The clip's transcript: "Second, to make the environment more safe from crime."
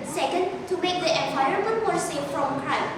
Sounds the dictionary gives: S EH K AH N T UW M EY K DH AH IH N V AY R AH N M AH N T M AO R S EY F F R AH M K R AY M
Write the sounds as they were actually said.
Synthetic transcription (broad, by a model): S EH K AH N T UW M EY K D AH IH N AY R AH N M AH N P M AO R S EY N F R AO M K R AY